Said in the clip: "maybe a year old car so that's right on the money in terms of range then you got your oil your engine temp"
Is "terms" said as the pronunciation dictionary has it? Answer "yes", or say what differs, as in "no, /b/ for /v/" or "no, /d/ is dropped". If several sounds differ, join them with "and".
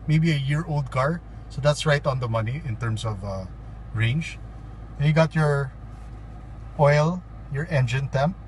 no, /s/ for /z/